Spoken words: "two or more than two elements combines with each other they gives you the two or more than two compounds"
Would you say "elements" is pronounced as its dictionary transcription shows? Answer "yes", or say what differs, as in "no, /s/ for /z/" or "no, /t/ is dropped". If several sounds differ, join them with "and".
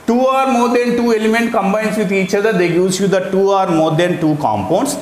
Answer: no, /s/ is dropped